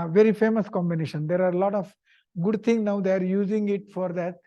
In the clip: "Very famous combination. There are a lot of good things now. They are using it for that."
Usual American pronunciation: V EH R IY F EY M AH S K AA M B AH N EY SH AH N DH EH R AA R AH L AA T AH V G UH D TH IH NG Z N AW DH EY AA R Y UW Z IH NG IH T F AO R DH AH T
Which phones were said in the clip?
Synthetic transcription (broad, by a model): V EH R IY F EY M AH S K AA M B AH N EY SH AH N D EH R AA R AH L AA T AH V G UH D T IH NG N AW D EY AA R Y UW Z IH NG IH T F AO R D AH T